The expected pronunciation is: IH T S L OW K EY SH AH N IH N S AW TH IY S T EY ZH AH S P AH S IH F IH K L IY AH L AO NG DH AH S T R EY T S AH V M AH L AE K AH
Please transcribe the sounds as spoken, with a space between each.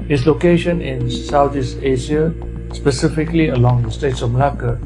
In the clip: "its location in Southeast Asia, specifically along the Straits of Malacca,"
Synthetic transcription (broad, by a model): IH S L OW K EY SH AH N IH N S AW T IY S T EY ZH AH S P AH S IH F IH K L IY AH L AO NG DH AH S T EY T S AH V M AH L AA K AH